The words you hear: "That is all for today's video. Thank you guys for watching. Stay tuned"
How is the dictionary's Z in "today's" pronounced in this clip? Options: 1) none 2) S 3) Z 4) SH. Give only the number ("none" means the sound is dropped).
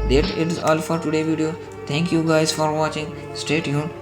1